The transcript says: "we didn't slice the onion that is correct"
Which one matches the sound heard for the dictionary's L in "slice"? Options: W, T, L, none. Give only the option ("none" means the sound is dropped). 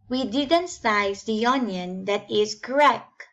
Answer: none